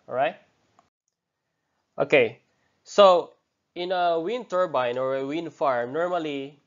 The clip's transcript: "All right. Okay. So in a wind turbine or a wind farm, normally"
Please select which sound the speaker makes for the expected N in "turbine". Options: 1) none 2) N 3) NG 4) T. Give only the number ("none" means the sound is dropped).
2